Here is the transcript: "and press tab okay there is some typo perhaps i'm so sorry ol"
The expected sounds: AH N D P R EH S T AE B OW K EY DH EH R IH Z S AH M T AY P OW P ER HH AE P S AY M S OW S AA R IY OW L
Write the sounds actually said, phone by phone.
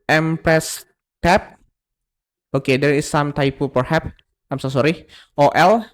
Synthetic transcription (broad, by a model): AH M P R EH S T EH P OW K EY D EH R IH S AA M T AY P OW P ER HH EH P AY M S OW S AA R IY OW L